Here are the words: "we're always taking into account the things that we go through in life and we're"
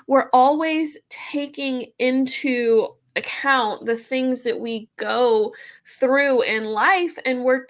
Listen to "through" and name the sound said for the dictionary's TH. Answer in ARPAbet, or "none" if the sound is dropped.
TH